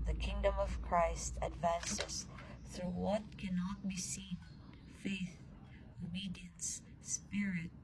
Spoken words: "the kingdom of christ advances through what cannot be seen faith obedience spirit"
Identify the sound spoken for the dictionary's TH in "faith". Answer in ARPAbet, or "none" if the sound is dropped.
TH